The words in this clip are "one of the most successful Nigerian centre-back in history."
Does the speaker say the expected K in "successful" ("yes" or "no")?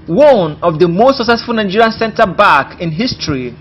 yes